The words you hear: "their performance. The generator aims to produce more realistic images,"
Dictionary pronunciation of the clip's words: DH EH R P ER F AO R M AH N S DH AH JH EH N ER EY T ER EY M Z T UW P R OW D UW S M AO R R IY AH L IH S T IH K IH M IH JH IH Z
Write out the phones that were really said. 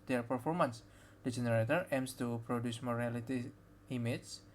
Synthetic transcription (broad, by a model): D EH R P ER F AO R M AH N S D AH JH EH N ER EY T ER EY M S T UW P R OW D UW S M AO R R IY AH L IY T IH IH M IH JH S